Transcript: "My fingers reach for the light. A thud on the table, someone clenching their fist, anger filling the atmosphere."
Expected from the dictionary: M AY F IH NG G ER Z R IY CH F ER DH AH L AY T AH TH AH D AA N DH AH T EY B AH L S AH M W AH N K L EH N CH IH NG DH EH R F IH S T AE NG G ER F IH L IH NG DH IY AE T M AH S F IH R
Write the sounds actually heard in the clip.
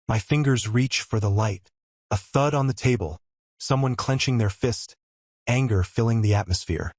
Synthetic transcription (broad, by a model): M AY F IH NG G ER Z R IY CH F ER DH AH L AY T AH TH AH D N DH AH T EY B AH L S AH M W AH N K L EH N CH IH NG DH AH R F IH S T AE NG G ER F IH L IH NG DH IY AE T M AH S F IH R